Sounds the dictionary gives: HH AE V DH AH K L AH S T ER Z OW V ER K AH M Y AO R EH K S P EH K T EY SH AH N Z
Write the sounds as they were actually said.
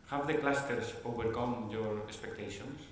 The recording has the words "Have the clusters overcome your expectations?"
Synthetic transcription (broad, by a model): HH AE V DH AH K L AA S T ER S OW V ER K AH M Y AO R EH K S P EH K T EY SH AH N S